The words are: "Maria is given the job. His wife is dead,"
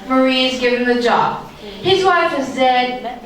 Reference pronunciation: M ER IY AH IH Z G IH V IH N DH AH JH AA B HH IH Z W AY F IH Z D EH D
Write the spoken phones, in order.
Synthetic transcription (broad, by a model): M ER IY Z G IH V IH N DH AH JH AA B HH IH Z W AY F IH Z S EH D